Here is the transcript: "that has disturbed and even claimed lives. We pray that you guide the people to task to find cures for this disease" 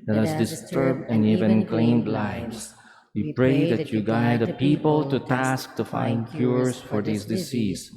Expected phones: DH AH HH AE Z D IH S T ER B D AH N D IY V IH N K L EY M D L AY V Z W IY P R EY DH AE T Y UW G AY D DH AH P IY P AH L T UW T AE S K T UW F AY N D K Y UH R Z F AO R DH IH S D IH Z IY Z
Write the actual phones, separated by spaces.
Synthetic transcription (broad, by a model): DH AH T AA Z D IH S T ER B D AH N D IY V IH N K L EY M D L AY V S W IY P R EY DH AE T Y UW G AY D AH P IY P AH L T UW T AE S K T UW F AY N D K Y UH R S F AO R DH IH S D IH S IY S